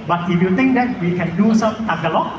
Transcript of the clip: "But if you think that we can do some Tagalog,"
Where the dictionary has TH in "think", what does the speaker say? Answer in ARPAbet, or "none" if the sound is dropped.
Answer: T